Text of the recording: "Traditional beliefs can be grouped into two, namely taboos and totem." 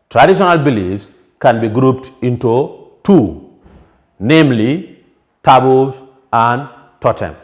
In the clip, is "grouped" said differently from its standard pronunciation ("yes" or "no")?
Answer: no